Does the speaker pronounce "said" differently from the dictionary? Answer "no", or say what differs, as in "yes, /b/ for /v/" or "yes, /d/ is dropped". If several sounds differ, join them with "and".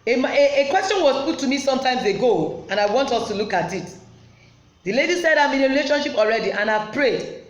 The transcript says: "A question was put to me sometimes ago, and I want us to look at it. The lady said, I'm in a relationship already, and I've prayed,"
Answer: no